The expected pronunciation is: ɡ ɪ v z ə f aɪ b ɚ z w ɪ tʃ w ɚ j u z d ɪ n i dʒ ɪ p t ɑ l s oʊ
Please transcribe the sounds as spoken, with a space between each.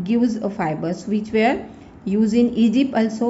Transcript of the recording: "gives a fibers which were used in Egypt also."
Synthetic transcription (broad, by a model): ɡ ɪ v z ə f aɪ b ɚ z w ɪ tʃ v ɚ j u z ɪ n i dʒ ɪ p t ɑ l s oʊ